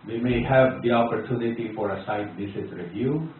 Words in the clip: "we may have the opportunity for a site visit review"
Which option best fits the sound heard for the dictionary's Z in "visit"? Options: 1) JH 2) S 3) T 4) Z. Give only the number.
2